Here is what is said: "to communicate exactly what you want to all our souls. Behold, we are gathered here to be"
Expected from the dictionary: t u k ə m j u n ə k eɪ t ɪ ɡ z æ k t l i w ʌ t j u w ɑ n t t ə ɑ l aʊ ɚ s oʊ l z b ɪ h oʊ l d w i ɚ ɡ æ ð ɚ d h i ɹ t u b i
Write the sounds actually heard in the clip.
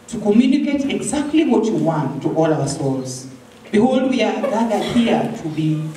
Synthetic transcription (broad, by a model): t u k ə m j u n ə k eɪ t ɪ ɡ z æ k t l i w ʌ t j u w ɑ n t t ɑ l aʊ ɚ s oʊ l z b ɪ h oʊ l d w i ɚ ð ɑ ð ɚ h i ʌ t u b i